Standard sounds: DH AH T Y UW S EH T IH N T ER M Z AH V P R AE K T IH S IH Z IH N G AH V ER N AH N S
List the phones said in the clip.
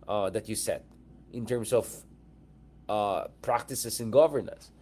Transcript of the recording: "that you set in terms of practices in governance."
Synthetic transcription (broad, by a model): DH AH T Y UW S EH T IH N T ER M S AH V P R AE K T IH S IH S IH N G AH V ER N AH N S